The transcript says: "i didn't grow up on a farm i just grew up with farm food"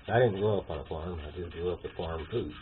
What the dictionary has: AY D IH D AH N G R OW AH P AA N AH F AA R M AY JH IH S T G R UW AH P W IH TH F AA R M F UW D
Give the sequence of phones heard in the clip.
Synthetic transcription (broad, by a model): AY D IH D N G OW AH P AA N AH F AA R M AY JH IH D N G AO AH P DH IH F AA R M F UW